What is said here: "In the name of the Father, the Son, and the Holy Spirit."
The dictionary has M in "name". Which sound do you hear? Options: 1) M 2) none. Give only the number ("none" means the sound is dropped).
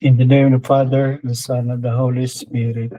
2